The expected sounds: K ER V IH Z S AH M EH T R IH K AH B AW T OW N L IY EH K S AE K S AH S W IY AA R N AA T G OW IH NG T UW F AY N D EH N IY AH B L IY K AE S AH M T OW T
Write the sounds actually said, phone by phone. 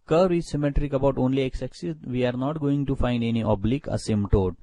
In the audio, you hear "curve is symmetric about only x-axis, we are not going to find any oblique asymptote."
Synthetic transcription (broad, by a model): K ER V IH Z S AH M EH T R IH K AH B AW T OW N L IY EH K S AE K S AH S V IY AA R N AA T G OW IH NG T UW F AY N D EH N IY AH B L IY K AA S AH M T OW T